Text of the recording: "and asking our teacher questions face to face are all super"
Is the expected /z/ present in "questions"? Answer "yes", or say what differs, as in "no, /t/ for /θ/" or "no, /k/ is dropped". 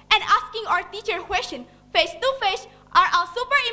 no, /z/ is dropped